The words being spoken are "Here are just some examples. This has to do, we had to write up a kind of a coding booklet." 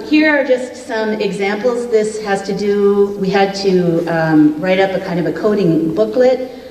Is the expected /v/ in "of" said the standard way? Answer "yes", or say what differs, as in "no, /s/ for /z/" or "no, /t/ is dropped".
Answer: yes